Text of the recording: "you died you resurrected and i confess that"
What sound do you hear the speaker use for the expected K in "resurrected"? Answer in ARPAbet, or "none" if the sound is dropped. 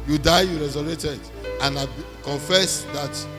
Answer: none